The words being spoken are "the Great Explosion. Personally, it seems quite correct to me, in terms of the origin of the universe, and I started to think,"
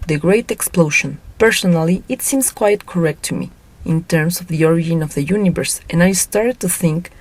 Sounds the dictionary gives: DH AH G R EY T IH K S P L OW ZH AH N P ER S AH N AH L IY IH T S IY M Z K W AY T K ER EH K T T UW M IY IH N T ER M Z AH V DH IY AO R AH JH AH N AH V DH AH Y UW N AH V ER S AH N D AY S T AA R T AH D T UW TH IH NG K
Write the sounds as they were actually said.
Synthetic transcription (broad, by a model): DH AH G R EY T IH K S P L OW SH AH N P ER S AH N AH L IY IH T S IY M S K W AY T K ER EH K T T UW M IY IH N T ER M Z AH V DH IY AO R AH JH AH N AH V DH AH Y UW N AH V ER S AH N AY S T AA R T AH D T UW TH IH NG K